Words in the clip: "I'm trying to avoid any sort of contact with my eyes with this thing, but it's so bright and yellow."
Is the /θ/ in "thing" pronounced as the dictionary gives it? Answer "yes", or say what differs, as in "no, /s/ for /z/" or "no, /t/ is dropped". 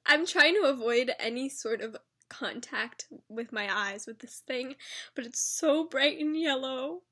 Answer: yes